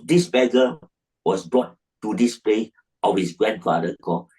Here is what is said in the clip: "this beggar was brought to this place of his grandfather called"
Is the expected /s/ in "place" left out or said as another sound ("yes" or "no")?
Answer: yes